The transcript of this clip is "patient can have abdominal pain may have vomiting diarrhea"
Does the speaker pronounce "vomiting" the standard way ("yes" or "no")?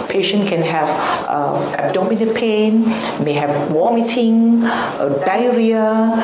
no